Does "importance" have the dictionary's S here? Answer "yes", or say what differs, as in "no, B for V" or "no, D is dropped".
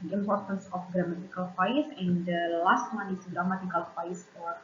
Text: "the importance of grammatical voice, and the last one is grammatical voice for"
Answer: yes